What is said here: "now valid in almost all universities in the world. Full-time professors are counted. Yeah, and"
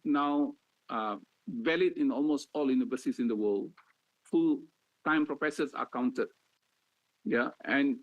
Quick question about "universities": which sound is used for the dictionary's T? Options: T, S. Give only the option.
S